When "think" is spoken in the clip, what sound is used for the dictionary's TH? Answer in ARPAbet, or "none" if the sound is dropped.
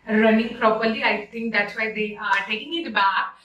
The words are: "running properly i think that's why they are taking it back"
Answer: S